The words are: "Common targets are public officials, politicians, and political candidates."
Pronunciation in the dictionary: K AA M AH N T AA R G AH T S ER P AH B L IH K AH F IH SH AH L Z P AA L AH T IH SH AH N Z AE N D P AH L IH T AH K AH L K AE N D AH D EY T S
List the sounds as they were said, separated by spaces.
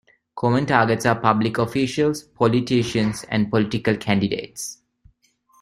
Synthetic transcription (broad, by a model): K AA M AH N T AA G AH T S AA P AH B L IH K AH F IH SH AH L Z P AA L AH T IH SH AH N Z AE N D P AH L IH T AH K AH L K AE N D AH D EY T S